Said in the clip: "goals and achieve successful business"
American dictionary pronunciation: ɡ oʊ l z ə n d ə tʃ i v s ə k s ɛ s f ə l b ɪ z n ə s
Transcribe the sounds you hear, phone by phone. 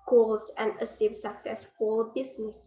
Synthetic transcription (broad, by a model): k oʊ l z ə n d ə s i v s ə k s ɛ s f ə l b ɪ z n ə s